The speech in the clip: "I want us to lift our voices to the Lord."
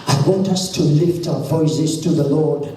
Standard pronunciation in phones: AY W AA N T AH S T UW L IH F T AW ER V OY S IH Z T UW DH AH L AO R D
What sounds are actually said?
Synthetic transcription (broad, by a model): AY W AA N T AH S T UW L IH F T AW ER V OY S IH Z T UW DH AH L AO R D